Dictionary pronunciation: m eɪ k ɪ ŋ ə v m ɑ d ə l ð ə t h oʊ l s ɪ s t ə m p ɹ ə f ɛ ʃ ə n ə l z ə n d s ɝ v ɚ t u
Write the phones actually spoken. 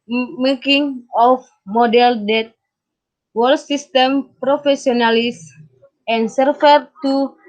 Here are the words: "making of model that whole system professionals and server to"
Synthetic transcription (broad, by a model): m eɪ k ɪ ŋ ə f m ɑ d ə l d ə t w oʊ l s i s t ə m p ɹ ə f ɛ s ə n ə l s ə n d s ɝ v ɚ t u